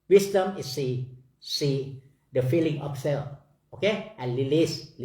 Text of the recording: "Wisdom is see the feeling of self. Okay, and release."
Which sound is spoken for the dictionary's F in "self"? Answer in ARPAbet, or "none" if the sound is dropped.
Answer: none